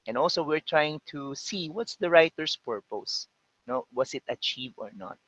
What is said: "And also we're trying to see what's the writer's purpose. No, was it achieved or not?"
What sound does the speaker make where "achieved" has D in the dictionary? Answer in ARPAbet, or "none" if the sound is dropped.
none